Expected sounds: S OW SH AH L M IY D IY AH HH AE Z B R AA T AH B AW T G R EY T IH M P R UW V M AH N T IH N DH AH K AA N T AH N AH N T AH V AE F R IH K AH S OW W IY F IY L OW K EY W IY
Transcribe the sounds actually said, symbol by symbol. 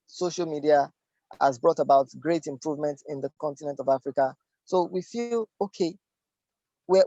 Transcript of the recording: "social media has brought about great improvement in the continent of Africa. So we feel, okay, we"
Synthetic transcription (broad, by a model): S OW SH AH L M IY D IY AH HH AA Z B R AA T AH B AW T G R EY T IH M P R UW V M AH N T IH N DH AH K AA N T AH N AH N T AH V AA F R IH K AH S OW W IY F IY L OW K EY W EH